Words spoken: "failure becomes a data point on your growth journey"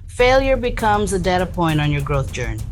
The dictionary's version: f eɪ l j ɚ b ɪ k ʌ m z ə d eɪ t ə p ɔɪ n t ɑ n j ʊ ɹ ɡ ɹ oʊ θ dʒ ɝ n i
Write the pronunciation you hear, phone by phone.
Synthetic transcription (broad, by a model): f eɪ l j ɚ b ɪ k ʌ m z ə d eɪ t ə p ɔɪ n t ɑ n j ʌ ɹ ɡ ɹ oʊ θ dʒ ɝ n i